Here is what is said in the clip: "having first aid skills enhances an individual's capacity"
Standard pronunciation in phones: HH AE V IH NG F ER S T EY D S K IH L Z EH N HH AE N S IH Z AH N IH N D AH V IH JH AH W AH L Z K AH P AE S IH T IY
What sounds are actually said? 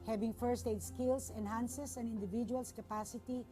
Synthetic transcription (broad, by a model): HH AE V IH NG F ER S T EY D S K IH L S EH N HH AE N S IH S AH N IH N D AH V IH JH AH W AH L S K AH P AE S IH T IY